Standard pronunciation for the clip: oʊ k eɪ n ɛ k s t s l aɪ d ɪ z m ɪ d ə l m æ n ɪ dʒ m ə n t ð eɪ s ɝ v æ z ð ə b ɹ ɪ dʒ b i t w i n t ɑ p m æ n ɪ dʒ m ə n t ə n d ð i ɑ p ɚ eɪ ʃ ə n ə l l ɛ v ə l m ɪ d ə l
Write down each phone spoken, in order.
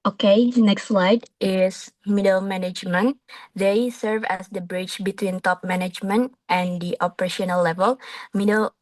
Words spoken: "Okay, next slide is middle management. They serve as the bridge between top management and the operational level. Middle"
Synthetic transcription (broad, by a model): oʊ k eɪ n ɛ k s t s l aɪ d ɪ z m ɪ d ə l m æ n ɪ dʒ m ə n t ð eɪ s ɝ v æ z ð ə b ɹ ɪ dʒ b i t w i n t ɑ p m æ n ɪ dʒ m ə n t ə n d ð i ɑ p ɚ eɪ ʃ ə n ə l l ɛ v ə l m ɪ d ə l